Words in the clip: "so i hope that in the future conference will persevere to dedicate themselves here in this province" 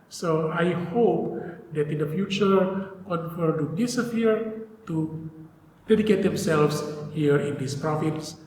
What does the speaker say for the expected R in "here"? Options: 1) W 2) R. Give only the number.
2